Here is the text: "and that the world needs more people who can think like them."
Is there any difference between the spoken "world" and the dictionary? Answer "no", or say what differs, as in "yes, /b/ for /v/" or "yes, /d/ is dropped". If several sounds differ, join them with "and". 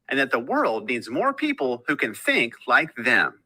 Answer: no